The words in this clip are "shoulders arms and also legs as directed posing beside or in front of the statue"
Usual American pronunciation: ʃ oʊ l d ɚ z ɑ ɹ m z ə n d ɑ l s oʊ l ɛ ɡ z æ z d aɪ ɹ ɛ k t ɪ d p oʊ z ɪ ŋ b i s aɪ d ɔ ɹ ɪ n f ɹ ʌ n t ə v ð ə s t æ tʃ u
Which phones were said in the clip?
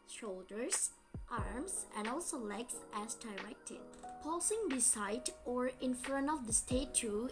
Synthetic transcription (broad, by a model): ʃ oʊ l d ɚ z ɑ ɹ m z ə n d ɑ l s oʊ l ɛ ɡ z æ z d aɪ ɹ ɛ k t ɪ d p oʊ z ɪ ŋ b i s aɪ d ɔ ɹ ɪ n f ɹ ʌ n ə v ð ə s t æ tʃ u